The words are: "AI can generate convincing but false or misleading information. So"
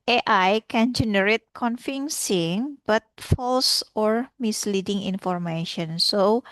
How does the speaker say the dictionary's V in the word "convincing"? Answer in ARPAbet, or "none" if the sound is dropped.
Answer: F